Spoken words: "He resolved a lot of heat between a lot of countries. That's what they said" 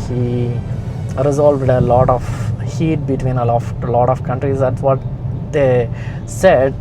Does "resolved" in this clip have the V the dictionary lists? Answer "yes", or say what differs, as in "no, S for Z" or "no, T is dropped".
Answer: yes